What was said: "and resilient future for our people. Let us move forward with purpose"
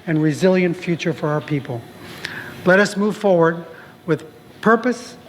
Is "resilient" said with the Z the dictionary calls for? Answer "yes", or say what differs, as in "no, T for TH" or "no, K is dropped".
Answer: yes